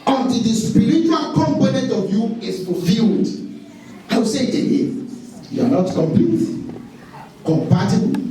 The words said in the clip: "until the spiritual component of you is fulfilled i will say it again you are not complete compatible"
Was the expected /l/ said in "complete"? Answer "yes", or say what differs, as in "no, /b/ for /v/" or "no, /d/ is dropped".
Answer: no, /l/ is dropped